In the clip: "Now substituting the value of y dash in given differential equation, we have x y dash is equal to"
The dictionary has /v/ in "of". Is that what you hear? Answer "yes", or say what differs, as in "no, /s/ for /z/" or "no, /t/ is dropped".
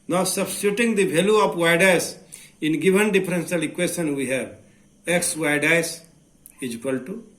no, /p/ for /v/